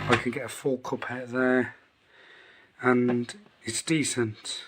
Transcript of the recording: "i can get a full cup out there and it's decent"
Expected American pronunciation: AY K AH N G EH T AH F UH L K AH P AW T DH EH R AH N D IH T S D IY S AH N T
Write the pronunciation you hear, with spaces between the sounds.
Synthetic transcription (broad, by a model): AY K AH N G EH T AH F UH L K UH P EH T DH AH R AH N IH T S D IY S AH N T